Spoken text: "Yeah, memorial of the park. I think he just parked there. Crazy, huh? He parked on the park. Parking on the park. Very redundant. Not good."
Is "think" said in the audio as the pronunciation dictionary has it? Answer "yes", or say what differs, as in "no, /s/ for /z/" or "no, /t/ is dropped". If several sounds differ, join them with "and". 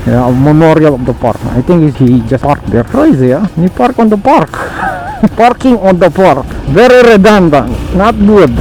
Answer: no, /t/ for /θ/